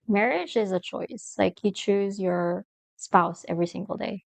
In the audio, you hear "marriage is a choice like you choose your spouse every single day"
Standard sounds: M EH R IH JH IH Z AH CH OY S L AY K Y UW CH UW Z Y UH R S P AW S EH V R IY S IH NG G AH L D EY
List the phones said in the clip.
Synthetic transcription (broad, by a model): M EH R IH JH IH Z AH CH OY S L AY K Y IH CH UW Z Y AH R S P AW S EH V R IY S IH NG G L D EY